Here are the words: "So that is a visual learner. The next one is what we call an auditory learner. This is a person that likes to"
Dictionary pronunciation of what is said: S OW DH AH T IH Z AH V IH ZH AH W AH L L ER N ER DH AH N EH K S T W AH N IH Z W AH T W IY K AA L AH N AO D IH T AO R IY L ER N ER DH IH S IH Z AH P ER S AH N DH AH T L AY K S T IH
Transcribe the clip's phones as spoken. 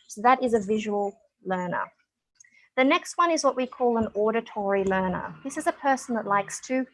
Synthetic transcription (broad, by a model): S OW DH AH T IH Z AH V IH ZH AH W AH L L ER N ER DH AH N EH K S T W AH N IH Z W AH T W IY K AA L AH N AO D IH T AO R IY L ER N ER DH IH S IH Z AH P ER S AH N DH AH T L AY K S T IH